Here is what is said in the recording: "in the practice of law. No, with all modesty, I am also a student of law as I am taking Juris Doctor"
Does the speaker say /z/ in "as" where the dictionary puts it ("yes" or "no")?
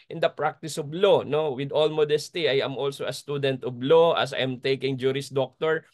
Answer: no